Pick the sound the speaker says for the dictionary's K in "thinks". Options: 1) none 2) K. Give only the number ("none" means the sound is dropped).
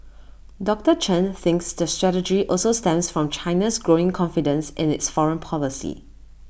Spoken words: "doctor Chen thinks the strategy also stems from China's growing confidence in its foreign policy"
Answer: 2